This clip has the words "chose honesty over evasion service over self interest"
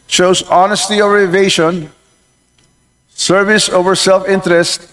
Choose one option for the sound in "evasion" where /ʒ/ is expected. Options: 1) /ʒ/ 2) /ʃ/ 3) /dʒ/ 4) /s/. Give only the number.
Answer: 2